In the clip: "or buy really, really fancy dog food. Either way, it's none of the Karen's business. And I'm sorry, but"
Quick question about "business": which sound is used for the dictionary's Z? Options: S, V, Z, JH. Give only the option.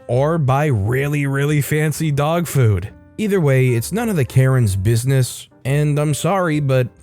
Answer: Z